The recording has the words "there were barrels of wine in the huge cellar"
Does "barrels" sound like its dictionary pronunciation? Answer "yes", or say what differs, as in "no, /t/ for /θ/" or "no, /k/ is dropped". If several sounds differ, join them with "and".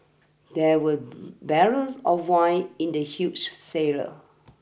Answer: no, /l/ is dropped